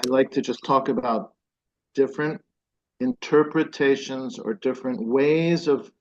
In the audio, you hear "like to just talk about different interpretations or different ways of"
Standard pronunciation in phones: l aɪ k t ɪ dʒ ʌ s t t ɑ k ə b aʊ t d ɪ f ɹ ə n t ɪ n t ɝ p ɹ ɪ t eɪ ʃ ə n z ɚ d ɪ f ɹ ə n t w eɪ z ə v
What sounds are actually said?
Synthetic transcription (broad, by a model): l aɪ k t ɪ dʒ ʌ s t t ɑ k ə b aʊ t d ɪ f ɹ ə n t ɪ n t ɝ p ɹ ɪ t eɪ ʃ ə n z ɚ d ɪ f ɹ ə n t w eɪ z ə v